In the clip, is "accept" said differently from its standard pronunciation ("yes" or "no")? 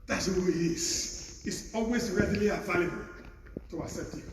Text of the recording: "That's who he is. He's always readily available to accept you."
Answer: yes